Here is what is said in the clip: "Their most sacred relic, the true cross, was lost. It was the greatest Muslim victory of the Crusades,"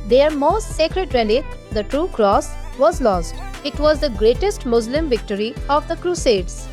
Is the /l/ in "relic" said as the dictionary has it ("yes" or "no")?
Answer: no